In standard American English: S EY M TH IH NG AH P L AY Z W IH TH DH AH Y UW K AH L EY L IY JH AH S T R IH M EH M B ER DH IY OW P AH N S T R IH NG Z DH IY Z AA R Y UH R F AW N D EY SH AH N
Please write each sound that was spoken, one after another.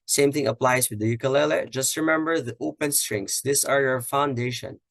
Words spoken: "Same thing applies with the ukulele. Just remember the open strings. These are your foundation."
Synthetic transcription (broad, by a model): S EY M TH IH NG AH P L AY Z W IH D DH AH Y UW K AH L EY L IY JH AH S T R IH M EH M B ER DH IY OW P AH N S T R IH NG S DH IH S AA R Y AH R F AW N D EY SH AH N